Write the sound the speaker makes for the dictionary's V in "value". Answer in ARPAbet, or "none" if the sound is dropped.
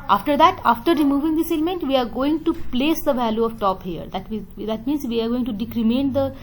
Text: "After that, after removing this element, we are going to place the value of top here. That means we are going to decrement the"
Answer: V